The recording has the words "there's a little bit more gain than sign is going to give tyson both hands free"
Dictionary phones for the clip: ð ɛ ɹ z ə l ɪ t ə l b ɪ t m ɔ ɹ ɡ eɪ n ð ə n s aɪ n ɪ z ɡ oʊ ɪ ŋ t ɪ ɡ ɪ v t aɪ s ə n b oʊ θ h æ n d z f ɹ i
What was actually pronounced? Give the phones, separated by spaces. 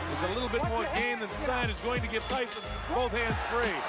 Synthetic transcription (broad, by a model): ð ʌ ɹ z ə l ɪ t l b ɪ t m ɔ ɹ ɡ eɪ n ð ə n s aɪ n ɪ z ɡ oʊ ɪ ŋ t ɪ ɡ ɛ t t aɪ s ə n b oʊ θ h æ n d z f ɹ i